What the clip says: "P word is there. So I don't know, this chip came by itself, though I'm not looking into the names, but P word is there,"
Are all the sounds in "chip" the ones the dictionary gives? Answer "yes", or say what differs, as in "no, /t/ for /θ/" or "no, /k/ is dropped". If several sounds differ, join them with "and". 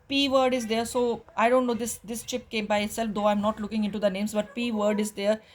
yes